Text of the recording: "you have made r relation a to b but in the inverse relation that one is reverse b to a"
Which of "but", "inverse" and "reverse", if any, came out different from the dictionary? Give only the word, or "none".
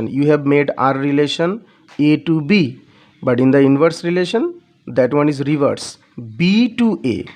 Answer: none